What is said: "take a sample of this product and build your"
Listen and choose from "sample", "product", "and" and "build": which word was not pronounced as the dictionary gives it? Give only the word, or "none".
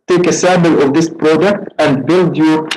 sample